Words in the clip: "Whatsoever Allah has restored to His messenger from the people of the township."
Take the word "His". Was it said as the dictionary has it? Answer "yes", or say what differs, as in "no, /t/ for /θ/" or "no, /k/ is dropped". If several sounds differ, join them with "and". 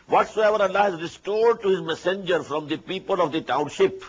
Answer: yes